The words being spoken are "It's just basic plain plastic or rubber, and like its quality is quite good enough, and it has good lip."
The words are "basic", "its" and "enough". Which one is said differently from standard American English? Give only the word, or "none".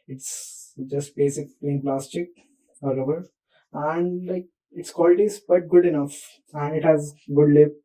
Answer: none